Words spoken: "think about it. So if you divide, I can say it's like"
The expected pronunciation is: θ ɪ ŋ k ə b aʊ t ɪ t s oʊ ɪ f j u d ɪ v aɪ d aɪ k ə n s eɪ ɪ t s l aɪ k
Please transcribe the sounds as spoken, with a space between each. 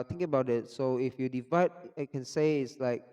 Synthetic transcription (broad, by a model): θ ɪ ŋ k ə b aʊ t ɪ t s oʊ ɪ f j u d ɪ v aɪ d aɪ k ə n s eɪ ɪ t s l aɪ k